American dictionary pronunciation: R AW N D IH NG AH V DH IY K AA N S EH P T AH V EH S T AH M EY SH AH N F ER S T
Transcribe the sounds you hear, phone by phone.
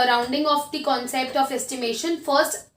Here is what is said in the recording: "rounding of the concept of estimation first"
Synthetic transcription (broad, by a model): R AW N D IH NG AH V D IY K AA N S EH P T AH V EH S T AH M EY SH AH N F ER S T